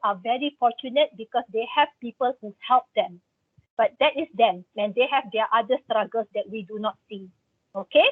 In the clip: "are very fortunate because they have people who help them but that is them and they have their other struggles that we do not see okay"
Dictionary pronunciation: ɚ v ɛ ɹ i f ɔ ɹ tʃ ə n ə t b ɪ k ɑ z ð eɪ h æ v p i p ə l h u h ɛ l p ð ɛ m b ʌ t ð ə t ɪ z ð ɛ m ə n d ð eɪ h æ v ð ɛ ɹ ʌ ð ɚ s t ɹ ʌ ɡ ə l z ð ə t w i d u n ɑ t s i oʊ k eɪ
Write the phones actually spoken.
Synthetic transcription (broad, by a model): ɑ v ɛ ɹ i f ɔ tʃ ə n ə t b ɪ k ɑ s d eɪ h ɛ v p i p ə l h u h ɛ l p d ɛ m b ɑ t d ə t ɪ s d ɛ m ə n d eɪ h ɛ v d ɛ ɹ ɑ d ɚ s t ɹ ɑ ɡ ə l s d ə t w i d u n ɑ t s i oʊ k eɪ